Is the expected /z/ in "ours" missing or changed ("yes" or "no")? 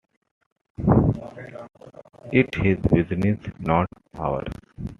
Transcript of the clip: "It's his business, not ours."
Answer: yes